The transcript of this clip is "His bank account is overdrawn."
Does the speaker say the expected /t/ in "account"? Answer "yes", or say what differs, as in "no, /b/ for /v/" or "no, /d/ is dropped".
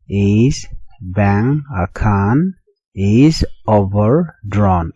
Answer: no, /t/ is dropped